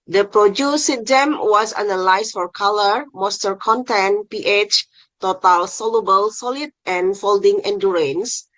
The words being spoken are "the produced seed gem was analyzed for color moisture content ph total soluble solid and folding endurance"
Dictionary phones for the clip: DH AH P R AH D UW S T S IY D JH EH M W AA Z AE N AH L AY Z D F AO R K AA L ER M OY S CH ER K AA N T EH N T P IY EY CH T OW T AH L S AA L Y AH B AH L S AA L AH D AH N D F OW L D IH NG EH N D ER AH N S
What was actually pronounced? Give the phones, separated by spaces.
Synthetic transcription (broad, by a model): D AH P R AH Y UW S S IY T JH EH M W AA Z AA N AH L AY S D F AO R K AA L ER M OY S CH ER K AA N T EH N P IY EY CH T OW T AH L S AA L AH B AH L S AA L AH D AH N F OW L D IH NG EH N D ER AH N S